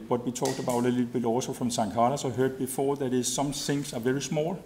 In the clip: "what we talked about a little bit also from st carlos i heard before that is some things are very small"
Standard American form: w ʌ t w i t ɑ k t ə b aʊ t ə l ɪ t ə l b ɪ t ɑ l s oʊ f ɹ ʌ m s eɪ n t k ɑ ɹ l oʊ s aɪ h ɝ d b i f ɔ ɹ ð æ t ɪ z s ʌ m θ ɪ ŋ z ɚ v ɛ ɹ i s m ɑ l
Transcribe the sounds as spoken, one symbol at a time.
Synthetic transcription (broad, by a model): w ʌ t w i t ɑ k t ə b aʊ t ə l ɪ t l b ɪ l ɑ s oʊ f ɹ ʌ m s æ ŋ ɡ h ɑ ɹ oʊ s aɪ h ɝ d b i f ɔ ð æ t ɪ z s ʌ m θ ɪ ŋ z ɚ v ɛ ɹ i s m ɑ l